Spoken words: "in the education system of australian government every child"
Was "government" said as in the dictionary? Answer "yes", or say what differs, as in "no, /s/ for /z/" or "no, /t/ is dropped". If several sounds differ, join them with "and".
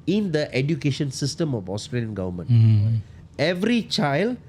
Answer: no, /t/ is dropped